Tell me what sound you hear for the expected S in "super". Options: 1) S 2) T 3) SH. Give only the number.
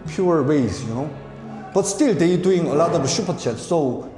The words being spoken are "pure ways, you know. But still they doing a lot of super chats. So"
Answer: 3